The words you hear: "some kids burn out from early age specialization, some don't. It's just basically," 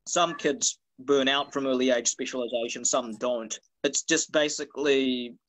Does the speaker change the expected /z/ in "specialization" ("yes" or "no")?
no